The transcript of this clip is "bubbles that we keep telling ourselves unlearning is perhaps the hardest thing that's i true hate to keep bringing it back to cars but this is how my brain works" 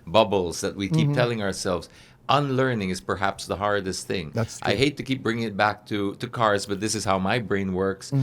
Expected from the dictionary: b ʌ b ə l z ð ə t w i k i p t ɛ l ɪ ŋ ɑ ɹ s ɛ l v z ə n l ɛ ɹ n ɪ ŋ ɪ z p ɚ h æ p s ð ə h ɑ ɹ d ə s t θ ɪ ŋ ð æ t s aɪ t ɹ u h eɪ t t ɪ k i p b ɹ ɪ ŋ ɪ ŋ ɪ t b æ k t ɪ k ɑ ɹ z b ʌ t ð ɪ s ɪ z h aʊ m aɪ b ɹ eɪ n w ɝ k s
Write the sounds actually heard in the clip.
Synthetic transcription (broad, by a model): b ʌ b l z ð ə t w i k i p t ɛ l ɪ ŋ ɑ ɹ s ɛ l v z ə n l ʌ ɹ n ɪ ŋ ɪ z p ɚ h æ p s ð ə h ɑ ɹ d ə s t θ ɪ ŋ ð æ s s aɪ h eɪ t t ɪ k i p b ɹ ɪ ŋ ɪ ŋ ɪ t b æ k t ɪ k ɑ ɹ z b ʌ t ð ɪ s ɪ z h aʊ m aɪ b ɹ eɪ n w ɝ k s